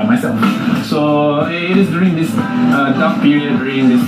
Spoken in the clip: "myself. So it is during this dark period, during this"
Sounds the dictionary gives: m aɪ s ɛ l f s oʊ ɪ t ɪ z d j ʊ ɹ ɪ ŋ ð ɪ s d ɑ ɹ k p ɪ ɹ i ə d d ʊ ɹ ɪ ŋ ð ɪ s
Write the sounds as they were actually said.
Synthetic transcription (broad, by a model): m aɪ s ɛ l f s oʊ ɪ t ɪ s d j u ɹ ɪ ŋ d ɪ s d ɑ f p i ɹ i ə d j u ɹ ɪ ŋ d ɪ s